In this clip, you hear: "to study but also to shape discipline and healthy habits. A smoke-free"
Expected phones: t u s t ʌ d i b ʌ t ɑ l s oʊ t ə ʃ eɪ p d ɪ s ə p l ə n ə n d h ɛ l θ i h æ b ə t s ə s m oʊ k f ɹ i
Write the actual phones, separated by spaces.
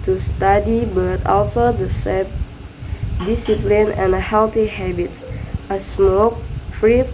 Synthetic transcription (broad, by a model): t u s t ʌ d i b ʌ t ɑ l s oʊ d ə s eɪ d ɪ s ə p l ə n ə n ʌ h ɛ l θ i h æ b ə t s ə s m oʊ k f ɹ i